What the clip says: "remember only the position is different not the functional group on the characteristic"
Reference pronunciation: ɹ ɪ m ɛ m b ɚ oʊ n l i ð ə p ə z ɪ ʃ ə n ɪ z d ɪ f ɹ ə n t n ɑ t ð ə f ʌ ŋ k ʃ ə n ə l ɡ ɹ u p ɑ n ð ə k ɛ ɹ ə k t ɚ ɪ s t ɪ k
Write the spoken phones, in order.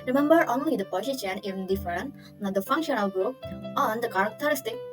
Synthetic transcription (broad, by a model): ɹ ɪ m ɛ m b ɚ oʊ n l i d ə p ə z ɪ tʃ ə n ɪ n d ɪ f ə t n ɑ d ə f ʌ ŋ k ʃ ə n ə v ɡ u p ɑ n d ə k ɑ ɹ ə k t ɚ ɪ s t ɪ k